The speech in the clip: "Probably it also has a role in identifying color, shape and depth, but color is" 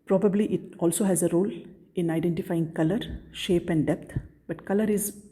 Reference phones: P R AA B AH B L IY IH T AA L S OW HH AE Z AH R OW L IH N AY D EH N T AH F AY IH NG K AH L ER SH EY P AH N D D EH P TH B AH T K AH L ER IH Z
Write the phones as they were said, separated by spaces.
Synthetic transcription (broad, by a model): P R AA B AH B L IY IH T AA L S OW HH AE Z AH R OW L IH N AY D EH N T AH F AY IH NG K AH L ER SH EY P AH N D D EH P T B AH T K AH L ER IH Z